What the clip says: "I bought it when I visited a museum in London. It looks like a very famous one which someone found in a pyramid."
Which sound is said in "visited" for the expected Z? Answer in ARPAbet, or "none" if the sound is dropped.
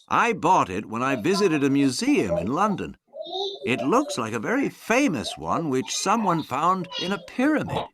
Z